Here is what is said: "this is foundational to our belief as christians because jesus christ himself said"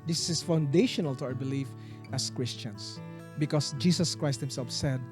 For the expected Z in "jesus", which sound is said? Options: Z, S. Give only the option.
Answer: S